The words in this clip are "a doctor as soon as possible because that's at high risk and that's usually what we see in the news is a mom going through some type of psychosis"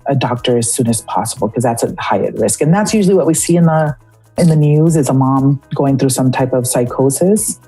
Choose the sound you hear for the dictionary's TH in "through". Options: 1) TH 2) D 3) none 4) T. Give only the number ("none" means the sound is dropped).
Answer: 1